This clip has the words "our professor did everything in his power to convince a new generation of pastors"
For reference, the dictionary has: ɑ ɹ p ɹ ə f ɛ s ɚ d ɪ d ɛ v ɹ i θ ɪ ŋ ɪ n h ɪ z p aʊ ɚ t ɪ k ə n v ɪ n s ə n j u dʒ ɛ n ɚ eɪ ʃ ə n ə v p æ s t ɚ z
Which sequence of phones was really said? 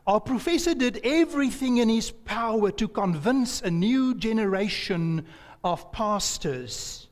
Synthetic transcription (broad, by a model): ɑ p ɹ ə f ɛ s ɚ d ɪ d ɛ v ɹ i θ ɪ ŋ ɪ n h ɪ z p aʊ ɚ t ɪ k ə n v ɪ n s ə n j u dʒ ɛ n ɚ eɪ ʃ ə n ə v p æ s t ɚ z